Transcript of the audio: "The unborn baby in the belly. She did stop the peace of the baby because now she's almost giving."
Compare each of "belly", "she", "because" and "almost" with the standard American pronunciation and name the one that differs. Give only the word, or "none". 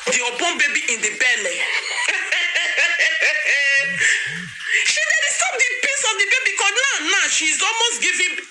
because